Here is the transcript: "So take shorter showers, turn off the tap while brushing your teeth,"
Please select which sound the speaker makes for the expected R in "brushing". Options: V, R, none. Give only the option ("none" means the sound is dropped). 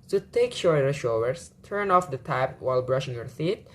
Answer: R